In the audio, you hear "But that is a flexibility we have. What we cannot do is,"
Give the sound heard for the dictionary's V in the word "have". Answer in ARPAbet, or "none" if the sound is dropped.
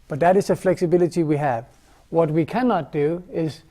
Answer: V